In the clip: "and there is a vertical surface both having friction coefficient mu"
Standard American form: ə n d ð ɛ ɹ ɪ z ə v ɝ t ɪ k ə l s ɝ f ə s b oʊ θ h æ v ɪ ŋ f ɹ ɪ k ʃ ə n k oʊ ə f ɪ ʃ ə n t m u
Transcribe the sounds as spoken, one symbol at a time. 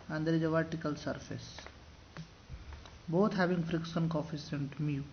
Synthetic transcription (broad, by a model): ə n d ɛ ɹ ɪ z ə v ɝ t ɪ k ə l s ɝ f ə s b oʊ t h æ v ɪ ŋ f ɹ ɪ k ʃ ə n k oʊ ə f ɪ s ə n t m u